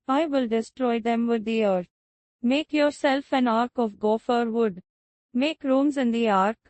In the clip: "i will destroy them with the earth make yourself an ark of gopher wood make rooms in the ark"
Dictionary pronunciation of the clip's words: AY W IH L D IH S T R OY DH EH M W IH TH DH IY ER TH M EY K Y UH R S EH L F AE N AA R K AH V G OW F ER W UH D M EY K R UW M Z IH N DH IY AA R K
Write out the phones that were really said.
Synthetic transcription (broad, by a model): AY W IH L D IH S T R OY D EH M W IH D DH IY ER M EY K Y UH R S EH L F AE N AA R K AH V G OW F ER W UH D M EY K R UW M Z IH N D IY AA R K